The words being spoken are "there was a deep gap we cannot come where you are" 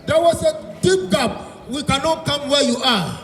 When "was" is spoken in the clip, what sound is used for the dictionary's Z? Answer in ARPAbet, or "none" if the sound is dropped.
S